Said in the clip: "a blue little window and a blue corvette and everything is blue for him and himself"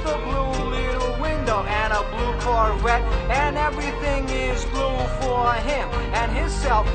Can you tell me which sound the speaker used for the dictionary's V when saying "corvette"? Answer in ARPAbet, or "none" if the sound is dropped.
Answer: W